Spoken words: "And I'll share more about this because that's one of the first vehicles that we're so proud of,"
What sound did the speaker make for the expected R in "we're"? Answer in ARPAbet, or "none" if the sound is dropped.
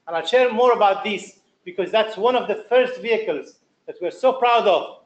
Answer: R